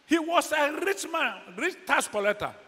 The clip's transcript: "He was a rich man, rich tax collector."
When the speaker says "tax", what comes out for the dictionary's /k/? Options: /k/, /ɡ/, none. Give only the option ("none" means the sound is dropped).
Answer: none